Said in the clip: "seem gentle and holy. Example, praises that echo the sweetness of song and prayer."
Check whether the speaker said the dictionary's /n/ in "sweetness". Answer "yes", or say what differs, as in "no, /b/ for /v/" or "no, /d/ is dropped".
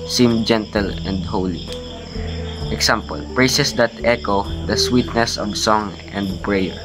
yes